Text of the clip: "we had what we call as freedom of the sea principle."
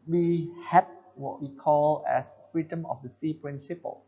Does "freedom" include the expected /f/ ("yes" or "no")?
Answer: yes